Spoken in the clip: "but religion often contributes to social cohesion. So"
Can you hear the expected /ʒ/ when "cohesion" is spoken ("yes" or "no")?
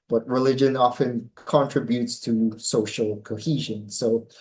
yes